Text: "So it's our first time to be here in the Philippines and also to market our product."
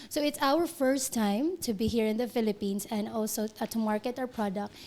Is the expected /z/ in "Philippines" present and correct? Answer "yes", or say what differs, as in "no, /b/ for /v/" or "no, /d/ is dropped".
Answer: no, /s/ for /z/